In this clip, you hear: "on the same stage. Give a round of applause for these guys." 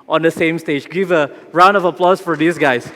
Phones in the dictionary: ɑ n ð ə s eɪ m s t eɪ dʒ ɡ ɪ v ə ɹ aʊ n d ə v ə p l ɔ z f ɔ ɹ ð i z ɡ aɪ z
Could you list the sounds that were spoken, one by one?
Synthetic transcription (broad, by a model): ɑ n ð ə s eɪ m s t eɪ dʒ ɡ ɪ v ə ɹ aʊ n d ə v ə p l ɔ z f ɔ ɹ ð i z ɡ aɪ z